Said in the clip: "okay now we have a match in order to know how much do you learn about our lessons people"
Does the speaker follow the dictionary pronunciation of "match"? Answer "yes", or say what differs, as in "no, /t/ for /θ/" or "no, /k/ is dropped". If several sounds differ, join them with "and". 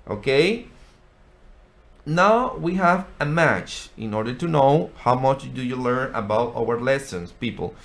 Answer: yes